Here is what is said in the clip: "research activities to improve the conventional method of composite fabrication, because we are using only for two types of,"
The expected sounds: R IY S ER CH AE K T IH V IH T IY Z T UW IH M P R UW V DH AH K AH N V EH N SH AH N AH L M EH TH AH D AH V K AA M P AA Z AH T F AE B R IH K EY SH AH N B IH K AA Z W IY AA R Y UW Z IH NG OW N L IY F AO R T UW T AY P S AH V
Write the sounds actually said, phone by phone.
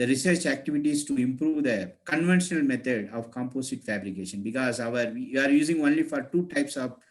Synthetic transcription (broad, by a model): R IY S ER CH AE K T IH V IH T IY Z T UW IH M P R UW V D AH K AH N V EH N SH AH N AH L M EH T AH D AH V K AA M P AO S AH T F AE B R IH K EY SH AH N B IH K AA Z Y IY AA R Y UW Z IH NG OW N L IY F AO R T UW T AY P S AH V